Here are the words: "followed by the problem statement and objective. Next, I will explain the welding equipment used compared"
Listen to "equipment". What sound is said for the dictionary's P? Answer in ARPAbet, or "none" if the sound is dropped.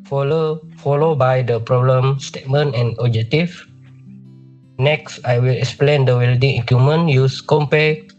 none